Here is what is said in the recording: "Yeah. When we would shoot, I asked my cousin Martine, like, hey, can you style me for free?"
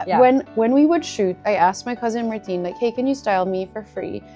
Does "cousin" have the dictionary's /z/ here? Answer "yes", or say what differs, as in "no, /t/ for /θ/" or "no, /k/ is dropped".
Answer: yes